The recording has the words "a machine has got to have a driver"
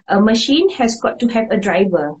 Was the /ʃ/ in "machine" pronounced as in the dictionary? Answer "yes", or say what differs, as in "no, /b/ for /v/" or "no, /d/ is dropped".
yes